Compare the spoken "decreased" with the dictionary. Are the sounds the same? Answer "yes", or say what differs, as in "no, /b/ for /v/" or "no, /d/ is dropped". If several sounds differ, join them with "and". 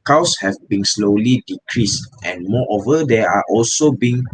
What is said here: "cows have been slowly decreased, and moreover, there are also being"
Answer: yes